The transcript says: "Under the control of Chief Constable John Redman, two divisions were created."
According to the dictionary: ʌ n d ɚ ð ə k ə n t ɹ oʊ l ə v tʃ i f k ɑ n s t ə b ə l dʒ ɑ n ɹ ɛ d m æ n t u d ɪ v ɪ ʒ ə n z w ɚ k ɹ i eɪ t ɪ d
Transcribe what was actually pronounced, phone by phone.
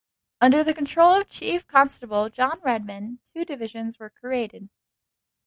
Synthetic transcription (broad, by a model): ʌ n d ɚ ð ə k ə n t ɹ oʊ l ə v tʃ i f k ɑ n s t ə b l dʒ ɑ n ɹ ɛ d m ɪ n t u d ɪ v ɪ ʒ ə n z w ɚ k ɹ i eɪ t ɪ d